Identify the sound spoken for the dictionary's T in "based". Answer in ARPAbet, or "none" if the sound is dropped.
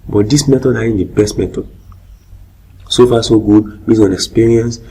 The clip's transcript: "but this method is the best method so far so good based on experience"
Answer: none